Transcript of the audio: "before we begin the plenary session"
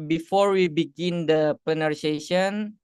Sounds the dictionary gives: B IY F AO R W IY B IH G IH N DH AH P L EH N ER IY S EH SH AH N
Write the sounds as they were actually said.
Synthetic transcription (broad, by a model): B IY F AO R W IY B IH G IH N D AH P EH N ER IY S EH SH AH N